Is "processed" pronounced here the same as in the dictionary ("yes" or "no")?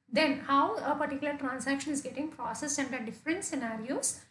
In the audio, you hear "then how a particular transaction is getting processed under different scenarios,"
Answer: no